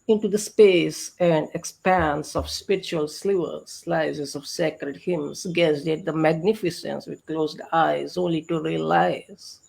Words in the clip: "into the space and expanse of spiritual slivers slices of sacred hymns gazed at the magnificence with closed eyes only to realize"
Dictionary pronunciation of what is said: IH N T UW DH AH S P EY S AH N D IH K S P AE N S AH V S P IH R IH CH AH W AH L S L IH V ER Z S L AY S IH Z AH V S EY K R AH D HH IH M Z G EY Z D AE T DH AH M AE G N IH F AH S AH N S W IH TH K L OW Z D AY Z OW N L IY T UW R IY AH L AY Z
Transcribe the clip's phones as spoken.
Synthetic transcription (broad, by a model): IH N T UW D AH S P EY S AH N D IH K S P AE N S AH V S P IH R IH CH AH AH L S L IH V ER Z S L AY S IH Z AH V S EY K R AH D HH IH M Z G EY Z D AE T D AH M AE G N IH F AH S AH N S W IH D K L OW Z D AY Z OW N L IY T UW R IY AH L AY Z